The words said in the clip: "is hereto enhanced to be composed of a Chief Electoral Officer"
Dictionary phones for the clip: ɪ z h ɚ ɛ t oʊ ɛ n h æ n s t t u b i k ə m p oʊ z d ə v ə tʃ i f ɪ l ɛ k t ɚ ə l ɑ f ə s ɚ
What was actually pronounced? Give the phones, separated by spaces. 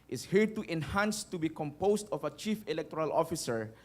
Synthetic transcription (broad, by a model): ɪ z h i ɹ t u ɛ n h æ n s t t u b i k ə m p oʊ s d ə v ə tʃ i f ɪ l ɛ k t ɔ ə l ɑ f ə s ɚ